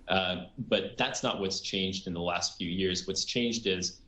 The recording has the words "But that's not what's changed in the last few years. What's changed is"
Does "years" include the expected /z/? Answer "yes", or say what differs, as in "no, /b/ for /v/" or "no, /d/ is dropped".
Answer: yes